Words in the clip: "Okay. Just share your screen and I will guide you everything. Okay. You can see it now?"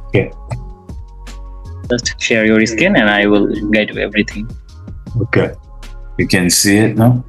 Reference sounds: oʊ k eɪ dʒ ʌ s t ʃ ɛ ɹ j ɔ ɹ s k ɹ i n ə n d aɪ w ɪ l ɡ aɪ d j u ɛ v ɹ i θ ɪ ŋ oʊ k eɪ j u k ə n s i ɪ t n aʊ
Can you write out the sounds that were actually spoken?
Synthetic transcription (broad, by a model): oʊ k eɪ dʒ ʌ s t ʃ ɛ ɹ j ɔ ɹ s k i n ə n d aɪ w ɪ l ɡ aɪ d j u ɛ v ɹ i t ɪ ŋ oʊ k eɪ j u k ə n s i ɪ t n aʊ